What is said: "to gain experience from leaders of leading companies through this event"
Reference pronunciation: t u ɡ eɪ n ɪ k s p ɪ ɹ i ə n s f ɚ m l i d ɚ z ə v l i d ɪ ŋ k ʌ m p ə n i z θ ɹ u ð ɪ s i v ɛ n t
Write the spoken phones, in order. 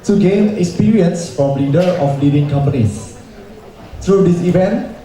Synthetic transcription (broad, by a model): t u ɡ eɪ n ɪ k s p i ɹ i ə n s f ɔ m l i d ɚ ə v l i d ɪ ŋ k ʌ m p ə n i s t ɹ u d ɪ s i v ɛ n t